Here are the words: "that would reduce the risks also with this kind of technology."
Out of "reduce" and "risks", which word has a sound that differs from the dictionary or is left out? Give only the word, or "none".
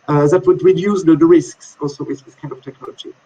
reduce